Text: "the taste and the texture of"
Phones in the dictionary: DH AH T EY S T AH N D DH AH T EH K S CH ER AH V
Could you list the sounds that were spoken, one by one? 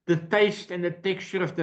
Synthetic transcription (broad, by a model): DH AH T EY S T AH N DH AH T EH K CH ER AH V